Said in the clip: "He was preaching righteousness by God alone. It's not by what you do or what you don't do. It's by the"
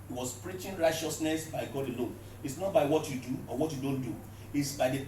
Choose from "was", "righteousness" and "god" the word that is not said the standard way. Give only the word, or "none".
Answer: was